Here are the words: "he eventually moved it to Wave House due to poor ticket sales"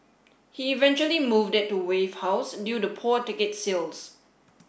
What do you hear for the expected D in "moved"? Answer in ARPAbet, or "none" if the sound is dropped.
D